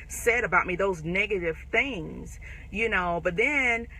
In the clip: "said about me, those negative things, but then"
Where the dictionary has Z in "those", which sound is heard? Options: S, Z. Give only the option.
Z